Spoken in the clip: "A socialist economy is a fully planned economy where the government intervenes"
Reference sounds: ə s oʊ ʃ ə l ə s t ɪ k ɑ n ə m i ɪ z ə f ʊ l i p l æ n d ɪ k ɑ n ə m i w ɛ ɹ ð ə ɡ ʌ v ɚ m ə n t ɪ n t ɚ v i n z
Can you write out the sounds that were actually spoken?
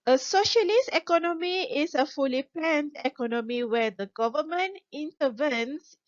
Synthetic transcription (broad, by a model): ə s oʊ ʃ ə l ə s t ɪ k ɑ n ə m i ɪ s ə f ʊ l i p ɛ n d ɪ k ɑ n ə m i w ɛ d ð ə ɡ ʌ v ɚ m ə n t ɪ n t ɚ v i n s